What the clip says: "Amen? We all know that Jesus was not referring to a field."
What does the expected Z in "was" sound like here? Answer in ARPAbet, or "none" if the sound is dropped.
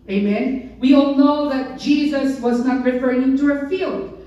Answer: Z